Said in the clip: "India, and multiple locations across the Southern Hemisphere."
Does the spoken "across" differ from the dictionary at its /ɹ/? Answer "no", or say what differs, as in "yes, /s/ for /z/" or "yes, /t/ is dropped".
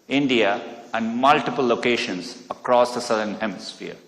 no